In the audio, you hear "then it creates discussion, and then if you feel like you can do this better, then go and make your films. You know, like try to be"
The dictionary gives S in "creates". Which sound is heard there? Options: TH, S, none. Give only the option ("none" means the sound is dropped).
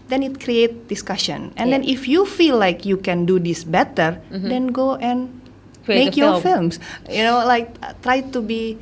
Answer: none